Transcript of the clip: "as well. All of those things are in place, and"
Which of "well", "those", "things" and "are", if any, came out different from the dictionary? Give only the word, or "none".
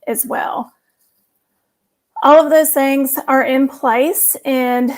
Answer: none